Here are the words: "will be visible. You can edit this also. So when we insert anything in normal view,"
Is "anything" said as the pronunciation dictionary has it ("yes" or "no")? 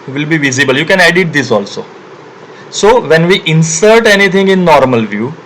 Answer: no